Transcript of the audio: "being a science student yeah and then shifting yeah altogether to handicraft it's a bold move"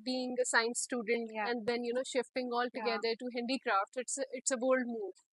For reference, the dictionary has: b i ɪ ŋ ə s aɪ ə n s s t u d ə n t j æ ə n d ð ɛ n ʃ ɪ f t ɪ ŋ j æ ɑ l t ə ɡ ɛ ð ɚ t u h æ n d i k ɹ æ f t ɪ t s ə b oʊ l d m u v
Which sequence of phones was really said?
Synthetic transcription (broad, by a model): b i ɪ ŋ ə s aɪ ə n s s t u d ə n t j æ ə n d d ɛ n ʃ ɪ f t ɪ ŋ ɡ ɑ l t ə ɡ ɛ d ɚ t u h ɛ n d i k ɹ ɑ f t ɪ t s ə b oʊ l d m u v